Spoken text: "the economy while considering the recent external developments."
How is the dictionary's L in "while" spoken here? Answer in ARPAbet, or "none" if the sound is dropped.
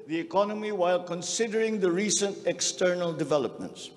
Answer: L